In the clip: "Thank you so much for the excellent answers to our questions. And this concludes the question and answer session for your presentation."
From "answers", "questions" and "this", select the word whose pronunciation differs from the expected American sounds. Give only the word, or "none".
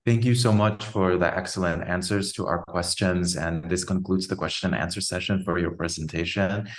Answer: none